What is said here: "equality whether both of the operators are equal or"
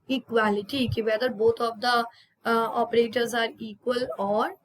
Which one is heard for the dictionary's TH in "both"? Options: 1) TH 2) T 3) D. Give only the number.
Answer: 2